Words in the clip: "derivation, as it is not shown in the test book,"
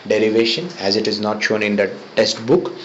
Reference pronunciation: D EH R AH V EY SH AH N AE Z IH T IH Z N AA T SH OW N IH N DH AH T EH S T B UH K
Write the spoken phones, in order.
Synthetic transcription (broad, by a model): D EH R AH V EY SH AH N AE Z IH T IH Z N AA T SH OW N IH N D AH T EH S T B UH K